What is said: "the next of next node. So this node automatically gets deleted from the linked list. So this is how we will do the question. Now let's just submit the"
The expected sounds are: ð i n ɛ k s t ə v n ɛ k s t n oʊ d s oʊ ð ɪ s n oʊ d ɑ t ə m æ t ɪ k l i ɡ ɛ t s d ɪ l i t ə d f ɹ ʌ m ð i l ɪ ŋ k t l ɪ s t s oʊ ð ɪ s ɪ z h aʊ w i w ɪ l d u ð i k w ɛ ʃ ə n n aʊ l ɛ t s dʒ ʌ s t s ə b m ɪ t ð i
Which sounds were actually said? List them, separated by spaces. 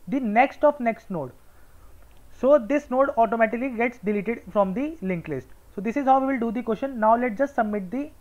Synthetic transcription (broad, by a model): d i n ɛ k s t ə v n ɛ k s t n oʊ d s oʊ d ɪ s n oʊ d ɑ t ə m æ t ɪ k l i ɡ ɛ t s d ɪ l i t ə d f ɹ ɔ m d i l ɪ ŋ k l ɪ s t s oʊ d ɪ s ɪ z h aʊ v i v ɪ l d u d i k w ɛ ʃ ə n n aʊ l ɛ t dʒ ʌ s t s ə b m ɪ t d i